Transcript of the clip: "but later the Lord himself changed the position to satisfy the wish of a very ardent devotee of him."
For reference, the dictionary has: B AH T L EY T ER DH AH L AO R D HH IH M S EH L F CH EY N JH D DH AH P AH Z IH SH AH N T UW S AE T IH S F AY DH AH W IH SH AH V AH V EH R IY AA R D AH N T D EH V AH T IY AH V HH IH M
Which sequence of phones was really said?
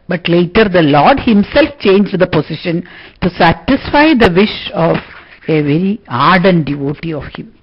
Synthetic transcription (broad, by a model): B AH T L EY T ER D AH L AO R D HH IH M S EH L F CH EY N JH D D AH P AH S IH SH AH N T UW S AE T IH S F AY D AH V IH SH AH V AH V EH R IY AA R D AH N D D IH V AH T IY AH V HH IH M